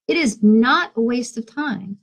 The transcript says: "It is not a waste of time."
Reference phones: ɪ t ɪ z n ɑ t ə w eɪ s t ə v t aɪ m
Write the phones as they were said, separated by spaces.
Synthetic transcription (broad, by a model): ɪ t ɪ z n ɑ t ə w eɪ s t ə v t aɪ m